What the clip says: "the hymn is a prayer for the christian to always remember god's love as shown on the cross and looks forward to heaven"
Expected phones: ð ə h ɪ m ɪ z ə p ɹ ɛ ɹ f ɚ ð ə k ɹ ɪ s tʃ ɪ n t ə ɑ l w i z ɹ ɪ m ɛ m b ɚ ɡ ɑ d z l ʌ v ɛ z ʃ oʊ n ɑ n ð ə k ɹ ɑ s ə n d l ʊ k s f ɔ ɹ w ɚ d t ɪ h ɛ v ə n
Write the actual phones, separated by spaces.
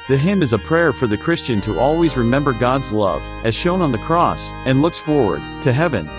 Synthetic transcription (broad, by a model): ð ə h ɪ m ɪ z ə p ɹ ɛ ɹ f ɚ ð ə k ɹ ɪ s tʃ ɪ n t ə ɑ l w i z ɹ ɪ m ɛ m b ɚ ɡ ɑ d z l ʌ v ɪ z ʃ oʊ n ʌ n ð ə k ɹ ɑ s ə n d l ʊ k s f ɔ ɹ w ɚ d t ɪ h ɛ v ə n